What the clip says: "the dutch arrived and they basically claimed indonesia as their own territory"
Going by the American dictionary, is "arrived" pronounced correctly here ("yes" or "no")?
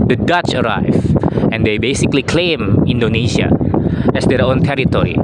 no